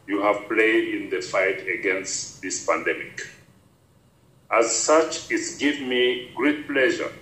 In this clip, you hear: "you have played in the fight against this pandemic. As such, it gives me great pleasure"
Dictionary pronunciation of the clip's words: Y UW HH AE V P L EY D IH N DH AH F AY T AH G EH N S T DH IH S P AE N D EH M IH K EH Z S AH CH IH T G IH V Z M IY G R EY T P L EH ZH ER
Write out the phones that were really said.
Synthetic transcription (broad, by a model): Y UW HH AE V P L EY D IH N DH AH F AY T AH G EH N S T DH IH S P AE N D EH M IH K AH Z S AH CH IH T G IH V M IY G R EY T P L EH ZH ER